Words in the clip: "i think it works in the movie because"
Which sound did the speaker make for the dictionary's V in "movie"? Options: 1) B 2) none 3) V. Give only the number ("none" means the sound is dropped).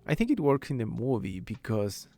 3